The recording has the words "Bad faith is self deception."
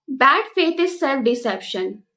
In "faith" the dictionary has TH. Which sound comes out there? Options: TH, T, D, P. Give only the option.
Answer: T